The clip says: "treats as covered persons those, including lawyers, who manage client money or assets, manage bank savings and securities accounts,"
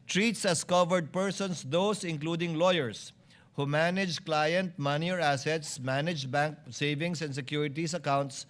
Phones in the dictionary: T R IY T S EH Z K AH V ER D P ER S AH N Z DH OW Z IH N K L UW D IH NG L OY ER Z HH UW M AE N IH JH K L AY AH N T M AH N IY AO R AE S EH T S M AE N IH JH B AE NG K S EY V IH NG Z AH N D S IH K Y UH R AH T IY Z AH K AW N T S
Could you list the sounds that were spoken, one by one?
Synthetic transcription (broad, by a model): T R IY T S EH S K AH V ER D P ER S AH N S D OW S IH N K L UW D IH NG L OY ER S HH UW M AE N IH JH K L AY AH N T M AH N IY AO R AE S EH T S M AE N IH JH B AE NG K S EY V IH NG S AH N D S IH K Y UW R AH T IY S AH K AW N T S